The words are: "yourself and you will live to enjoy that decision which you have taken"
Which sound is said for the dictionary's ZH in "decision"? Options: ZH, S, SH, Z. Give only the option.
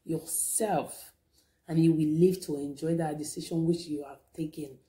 SH